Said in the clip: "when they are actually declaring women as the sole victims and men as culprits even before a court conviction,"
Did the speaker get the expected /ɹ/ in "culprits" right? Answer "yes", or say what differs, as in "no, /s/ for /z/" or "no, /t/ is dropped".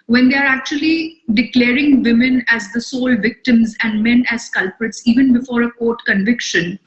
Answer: yes